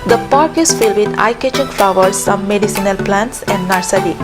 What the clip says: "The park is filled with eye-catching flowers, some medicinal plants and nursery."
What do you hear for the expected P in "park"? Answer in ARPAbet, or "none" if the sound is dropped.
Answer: P